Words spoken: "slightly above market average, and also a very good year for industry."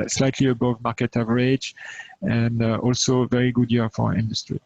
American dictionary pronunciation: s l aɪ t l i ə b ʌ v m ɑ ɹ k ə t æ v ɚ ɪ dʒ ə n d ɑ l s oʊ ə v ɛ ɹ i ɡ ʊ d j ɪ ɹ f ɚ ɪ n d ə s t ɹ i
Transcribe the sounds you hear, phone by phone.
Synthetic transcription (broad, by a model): s l aɪ t l i ə b ʌ v m ɑ ɹ k ə t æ v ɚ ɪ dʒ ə n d ɑ l s oʊ v ɛ ɹ i ɡ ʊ d j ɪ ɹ f ɚ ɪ n d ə s t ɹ i